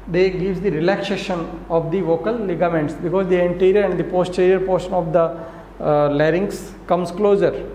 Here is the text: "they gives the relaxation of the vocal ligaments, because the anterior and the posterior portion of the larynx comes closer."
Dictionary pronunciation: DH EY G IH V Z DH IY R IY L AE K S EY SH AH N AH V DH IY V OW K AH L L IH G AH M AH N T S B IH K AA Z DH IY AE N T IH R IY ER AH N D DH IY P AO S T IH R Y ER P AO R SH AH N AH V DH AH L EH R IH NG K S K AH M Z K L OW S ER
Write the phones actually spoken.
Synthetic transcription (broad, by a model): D EY G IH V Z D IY R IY L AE K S EY SH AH N AH V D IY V OW K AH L L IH G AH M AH N T S B IH K AA Z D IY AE N T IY R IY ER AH N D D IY P AO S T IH R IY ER P AO R SH AH N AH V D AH L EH R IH NG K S K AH M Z K L OW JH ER